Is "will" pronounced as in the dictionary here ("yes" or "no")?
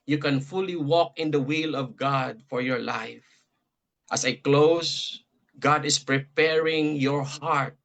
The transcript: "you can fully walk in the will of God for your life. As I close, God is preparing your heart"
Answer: yes